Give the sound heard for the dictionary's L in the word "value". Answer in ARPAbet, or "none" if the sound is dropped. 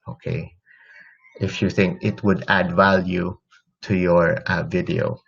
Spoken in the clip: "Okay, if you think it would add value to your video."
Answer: L